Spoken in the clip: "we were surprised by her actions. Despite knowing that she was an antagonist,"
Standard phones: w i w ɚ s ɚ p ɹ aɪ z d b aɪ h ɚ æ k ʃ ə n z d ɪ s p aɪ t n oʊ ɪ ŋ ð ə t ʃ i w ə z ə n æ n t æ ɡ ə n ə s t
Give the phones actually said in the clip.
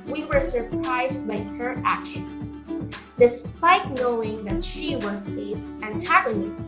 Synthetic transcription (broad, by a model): w i w ɚ s ɚ p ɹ aɪ z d b aɪ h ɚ æ k ʃ ə n z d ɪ s p aɪ t n oʊ ɪ ŋ ð ə t ʃ i w ə z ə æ n t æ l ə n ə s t